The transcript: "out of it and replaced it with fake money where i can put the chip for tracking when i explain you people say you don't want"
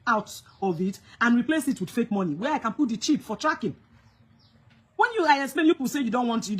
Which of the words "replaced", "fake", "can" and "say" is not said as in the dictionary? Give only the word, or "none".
replaced